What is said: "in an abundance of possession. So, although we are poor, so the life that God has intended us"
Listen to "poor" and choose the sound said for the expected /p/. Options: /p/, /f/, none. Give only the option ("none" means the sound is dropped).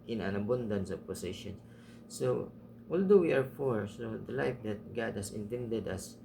/f/